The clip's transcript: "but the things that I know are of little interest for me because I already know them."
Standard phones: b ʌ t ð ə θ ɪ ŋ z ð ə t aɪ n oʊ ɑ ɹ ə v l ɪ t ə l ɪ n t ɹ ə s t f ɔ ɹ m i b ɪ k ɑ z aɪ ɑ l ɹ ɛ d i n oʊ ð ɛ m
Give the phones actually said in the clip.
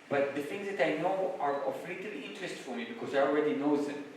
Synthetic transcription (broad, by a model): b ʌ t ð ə θ ɪ ŋ z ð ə t aɪ n oʊ ɑ ɹ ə f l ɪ t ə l ɪ n t ɹ ə s t f ɔ ɹ m i b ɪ k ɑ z aɪ ɑ l ɹ ɛ d i n oʊ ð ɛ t